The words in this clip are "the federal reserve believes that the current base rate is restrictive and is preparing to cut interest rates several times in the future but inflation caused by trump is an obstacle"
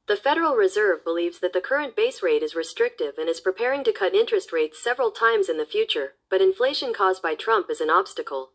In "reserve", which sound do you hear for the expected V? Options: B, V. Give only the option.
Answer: V